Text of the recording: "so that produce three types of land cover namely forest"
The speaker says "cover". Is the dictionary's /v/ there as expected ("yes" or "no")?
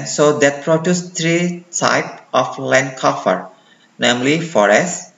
no